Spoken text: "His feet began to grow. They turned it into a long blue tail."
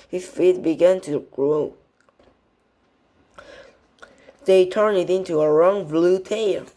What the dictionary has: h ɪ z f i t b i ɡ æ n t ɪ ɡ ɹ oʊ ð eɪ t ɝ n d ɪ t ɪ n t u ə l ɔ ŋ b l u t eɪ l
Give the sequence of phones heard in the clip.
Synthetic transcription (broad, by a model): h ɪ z f i t b i ɡ æ n t ɪ ɡ ɹ oʊ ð eɪ t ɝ n ɪ t ɪ n t u ə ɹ ɔ ŋ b l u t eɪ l